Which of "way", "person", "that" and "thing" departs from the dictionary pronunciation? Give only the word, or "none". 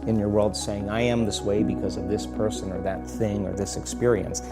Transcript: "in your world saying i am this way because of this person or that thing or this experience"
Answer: none